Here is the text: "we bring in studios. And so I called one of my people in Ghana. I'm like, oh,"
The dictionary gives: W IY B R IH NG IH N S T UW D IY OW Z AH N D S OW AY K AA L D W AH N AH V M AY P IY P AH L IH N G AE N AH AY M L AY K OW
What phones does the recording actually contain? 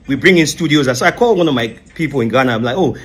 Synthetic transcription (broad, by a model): W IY B R IH NG IH N S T UW D IY OW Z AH S OW AY K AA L W AH N AH V M AY P IY P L IH N G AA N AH AY M L AY K OW